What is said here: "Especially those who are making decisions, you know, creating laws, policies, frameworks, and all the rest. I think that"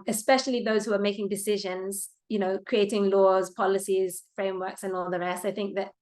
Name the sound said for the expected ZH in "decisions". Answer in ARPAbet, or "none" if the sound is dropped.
ZH